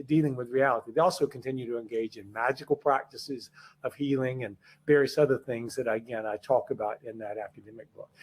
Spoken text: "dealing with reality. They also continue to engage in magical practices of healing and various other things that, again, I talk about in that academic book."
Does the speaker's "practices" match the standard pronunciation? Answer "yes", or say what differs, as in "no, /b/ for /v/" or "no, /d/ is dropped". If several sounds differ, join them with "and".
yes